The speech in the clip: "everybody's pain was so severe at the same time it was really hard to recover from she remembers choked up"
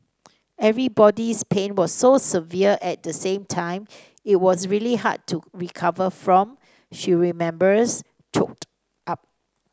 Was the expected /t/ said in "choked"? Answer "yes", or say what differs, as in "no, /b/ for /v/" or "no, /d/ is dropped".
yes